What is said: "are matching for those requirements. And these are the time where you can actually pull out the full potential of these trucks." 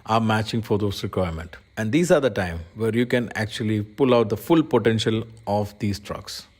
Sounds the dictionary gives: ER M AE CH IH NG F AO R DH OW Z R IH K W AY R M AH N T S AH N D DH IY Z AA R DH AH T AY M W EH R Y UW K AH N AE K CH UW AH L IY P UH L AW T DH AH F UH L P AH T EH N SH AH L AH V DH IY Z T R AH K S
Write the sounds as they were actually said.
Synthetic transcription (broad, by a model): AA M AE CH IH NG F AO R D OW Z R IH K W AY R M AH N T AH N D IY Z AA R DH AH T AY M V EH R Y UW K AH N AE K CH UW AH L IY P UH L AW T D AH F UH L P AH T EH N SH AH L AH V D IY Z T R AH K S